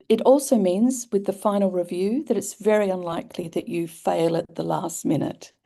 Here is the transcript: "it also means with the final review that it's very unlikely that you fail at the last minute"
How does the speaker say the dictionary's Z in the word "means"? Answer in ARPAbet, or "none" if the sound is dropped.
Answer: Z